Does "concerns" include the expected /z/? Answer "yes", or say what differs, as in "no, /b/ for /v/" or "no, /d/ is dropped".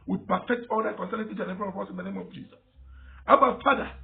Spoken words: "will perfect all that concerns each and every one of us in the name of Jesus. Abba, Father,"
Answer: no, /z/ is dropped